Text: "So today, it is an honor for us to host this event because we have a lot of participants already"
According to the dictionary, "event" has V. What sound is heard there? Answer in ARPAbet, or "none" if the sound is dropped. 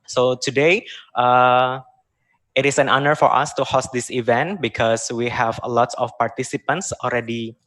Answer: V